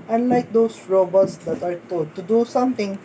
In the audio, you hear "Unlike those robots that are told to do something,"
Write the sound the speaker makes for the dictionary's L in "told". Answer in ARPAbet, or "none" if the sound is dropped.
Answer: none